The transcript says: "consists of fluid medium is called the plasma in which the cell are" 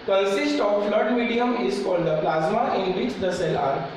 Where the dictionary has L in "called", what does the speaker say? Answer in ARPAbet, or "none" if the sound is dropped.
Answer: L